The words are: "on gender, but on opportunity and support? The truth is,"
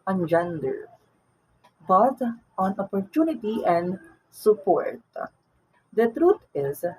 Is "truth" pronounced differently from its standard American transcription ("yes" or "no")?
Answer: yes